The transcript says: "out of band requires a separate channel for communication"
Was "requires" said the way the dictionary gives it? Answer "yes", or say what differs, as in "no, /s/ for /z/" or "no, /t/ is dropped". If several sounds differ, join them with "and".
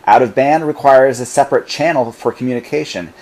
yes